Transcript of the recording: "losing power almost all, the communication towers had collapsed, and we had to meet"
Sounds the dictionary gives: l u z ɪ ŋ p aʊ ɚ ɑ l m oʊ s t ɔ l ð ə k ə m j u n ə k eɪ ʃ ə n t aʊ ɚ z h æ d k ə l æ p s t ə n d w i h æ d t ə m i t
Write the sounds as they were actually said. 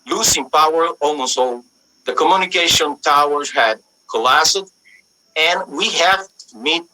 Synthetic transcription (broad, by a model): l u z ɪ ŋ p aʊ ɚ ɑ l m oʊ s t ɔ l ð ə k ə m j u n ə k eɪ ʃ ə n t aʊ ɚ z h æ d k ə l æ s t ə n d w i h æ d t m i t